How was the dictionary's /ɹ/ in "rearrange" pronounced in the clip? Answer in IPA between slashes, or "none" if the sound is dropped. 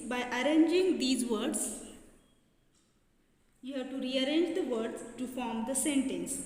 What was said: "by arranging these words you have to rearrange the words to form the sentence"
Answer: /ɹ/